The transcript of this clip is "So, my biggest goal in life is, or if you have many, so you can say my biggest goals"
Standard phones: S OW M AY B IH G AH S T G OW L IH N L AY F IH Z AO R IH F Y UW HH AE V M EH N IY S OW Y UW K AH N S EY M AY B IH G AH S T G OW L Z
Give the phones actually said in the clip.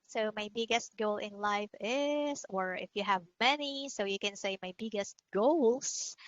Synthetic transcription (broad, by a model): S OW M AY B IH G AH S T G OW L IH N L AY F IH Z AO R IH F Y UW HH AE V M EH N IY S OW Y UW K AH N S EY M AY B IH G AH S T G OW L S